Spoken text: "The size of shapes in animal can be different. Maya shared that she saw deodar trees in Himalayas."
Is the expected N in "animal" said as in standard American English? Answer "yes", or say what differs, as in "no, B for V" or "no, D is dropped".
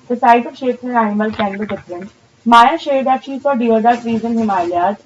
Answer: no, N is dropped